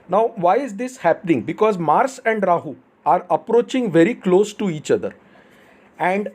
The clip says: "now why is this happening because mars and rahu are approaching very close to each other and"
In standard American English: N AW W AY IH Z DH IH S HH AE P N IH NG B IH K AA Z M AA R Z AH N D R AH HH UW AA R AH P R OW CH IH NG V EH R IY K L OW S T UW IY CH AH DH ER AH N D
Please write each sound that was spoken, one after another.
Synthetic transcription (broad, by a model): N AW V AY IH Z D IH S HH AE P N IH NG B IH K AA Z M AA R S AH N D R AH HH UW AA R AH P R OW CH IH NG V EH R IY K L OW S T UW IY CH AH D ER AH N D